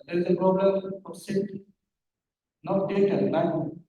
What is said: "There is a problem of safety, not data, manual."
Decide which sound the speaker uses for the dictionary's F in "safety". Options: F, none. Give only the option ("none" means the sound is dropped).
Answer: none